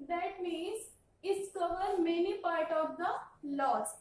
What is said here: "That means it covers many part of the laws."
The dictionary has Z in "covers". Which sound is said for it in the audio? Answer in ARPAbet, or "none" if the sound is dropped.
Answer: none